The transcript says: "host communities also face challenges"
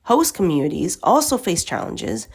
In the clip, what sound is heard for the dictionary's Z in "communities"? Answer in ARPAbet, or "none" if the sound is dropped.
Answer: Z